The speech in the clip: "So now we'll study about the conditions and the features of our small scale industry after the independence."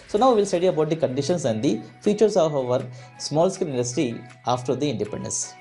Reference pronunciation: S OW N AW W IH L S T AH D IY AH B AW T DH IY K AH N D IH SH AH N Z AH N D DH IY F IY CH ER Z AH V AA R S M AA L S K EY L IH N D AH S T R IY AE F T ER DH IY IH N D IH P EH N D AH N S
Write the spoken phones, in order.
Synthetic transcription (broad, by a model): S OW N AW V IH L S T AH D IY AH B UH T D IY K AH N D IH SH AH N S AH N D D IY F IY CH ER S AH V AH R S M AA L S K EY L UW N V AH S T IY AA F T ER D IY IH N D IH P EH N D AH N S